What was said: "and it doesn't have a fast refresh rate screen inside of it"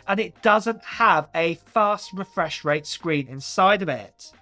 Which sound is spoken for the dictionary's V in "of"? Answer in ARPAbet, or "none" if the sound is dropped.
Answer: B